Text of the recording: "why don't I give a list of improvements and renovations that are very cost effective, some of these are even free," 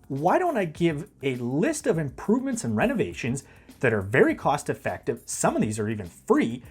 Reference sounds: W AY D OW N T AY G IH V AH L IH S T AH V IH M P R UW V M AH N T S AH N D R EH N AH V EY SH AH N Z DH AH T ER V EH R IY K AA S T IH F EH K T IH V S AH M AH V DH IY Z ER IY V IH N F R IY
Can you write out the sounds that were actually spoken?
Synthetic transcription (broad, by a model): W AY D OW N T AY G IH V AH L IH S T AH V IH M P R UW V M AH N T S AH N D R EH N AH V EY SH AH N Z DH AH T ER V EH R IY K AA S T IH F EH K T IH V S AH M AH V DH IY Z ER IY V IH N F R IY